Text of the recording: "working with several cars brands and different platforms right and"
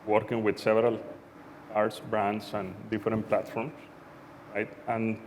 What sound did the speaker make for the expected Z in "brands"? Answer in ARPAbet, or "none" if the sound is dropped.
S